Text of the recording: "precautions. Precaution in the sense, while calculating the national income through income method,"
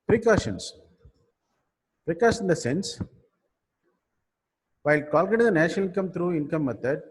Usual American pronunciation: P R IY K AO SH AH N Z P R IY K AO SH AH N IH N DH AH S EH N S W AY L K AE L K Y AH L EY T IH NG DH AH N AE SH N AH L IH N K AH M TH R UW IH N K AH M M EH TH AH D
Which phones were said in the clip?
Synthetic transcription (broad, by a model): P R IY K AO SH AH N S P R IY K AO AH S IH N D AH S EH N S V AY L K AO L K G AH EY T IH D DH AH N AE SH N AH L IH N K AH M T R UW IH N K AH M M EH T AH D